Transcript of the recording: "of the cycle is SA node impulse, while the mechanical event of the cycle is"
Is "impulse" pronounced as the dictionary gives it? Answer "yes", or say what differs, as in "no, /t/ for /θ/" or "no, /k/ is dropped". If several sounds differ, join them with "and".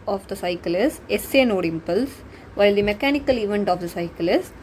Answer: yes